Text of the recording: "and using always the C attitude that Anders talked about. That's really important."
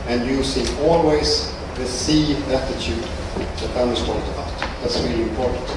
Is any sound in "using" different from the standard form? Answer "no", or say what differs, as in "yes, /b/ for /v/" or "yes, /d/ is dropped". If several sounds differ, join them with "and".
yes, /s/ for /z/